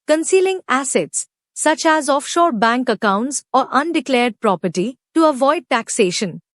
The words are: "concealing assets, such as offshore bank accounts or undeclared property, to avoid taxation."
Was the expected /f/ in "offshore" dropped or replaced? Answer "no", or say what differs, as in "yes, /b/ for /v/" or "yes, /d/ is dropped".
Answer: no